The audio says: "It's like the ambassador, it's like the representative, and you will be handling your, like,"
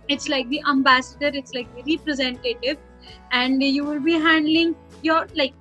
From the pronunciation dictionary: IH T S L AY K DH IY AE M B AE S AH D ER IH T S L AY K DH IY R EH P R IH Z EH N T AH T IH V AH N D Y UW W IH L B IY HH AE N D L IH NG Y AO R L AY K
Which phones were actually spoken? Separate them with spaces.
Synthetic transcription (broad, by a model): IH T S L AY K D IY AE M B AE S AH D ER IH T S L AY K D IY R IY P R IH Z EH N T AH T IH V AH N D Y UW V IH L B IY HH AE N D L IH NG Y AO R L AY K